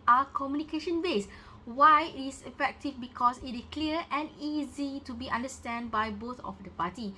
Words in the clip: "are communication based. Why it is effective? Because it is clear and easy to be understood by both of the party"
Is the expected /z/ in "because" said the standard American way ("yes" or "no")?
no